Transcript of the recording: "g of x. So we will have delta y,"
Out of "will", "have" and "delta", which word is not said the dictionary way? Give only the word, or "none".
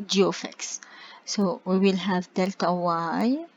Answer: none